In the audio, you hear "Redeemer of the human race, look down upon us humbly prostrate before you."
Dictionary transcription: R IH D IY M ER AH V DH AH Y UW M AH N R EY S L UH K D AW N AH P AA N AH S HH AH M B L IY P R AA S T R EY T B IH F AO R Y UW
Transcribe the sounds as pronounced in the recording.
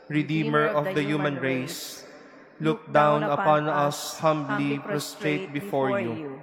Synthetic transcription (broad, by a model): R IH D IY M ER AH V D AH Y UW M AH N R EY S L UH K D AW N AH P AA N AH S HH AH M B L IY P R AA S T R EY T B IH F AO R Y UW